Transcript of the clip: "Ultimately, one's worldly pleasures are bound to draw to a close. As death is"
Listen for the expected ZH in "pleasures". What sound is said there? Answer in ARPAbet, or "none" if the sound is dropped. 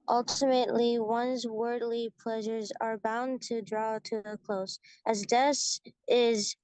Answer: ZH